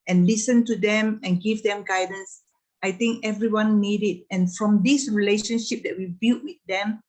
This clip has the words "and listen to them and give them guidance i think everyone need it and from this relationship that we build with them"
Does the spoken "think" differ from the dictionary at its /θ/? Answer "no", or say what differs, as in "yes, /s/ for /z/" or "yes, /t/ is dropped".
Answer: yes, /t/ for /θ/